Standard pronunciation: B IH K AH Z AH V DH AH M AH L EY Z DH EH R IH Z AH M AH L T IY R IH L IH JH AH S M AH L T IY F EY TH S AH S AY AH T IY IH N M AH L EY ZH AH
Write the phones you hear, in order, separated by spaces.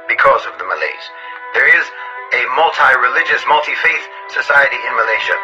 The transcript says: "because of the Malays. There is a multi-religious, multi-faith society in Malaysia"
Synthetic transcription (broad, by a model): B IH K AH Z AH V DH AH M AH L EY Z DH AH R IH Z AH M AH L T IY R IH L IH JH AH S M AH L T IY F EY TH S AH S AY AH T IY IH N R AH L EY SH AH